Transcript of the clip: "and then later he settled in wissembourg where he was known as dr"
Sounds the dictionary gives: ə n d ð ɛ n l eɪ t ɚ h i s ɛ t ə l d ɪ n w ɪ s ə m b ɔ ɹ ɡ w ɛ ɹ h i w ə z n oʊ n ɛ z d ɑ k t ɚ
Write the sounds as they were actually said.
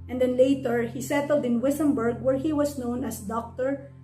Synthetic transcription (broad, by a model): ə n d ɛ n l eɪ t ɚ h i s ɛ t ə l d ɪ n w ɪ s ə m b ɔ ɹ ɡ w ɛ ɹ h i w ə s n oʊ n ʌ s d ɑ k t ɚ